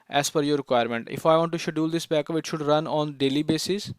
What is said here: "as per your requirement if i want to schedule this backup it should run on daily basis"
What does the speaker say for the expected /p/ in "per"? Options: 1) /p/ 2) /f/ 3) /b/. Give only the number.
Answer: 2